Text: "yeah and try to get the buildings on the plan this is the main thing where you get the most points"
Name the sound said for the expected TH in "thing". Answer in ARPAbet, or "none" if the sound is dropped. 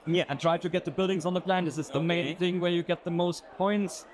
TH